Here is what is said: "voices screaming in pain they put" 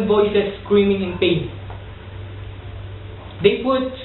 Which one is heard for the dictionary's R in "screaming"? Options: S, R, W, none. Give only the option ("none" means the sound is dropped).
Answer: R